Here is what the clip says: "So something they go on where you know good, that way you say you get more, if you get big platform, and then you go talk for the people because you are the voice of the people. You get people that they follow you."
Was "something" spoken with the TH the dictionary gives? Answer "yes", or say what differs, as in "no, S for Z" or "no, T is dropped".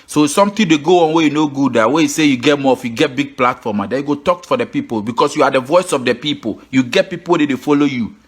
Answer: no, T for TH